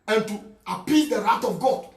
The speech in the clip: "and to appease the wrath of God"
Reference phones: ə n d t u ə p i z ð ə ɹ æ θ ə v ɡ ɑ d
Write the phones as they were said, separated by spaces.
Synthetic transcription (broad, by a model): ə n t u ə p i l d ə ɹ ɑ t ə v ɡ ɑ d